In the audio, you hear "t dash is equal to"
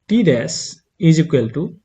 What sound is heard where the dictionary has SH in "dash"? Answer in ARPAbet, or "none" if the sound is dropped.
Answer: S